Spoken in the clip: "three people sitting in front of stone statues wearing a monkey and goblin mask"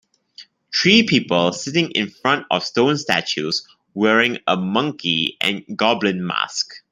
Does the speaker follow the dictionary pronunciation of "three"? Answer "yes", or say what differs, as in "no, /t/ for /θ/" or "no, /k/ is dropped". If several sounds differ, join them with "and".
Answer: no, /t/ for /θ/